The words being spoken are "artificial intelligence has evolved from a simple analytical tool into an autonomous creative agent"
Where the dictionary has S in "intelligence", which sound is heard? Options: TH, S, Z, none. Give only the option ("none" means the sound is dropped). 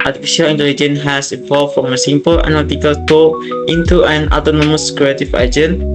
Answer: none